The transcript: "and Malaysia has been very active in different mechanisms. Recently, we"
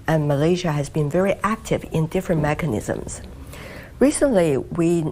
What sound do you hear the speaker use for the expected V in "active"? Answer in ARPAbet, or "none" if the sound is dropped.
V